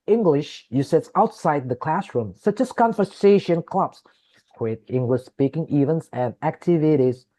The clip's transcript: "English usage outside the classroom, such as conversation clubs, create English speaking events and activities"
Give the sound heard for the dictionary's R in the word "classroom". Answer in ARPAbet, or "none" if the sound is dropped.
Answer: R